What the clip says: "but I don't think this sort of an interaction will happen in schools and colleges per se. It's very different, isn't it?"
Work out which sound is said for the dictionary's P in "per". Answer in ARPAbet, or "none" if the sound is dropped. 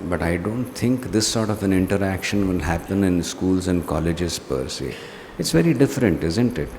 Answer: P